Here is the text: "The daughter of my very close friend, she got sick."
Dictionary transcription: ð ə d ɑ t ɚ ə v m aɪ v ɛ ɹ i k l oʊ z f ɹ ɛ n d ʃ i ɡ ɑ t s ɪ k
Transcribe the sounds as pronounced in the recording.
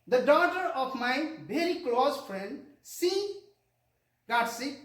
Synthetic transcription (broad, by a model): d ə d ɑ t ɚ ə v m aɪ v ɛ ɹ i k l oʊ z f ɹ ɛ n d s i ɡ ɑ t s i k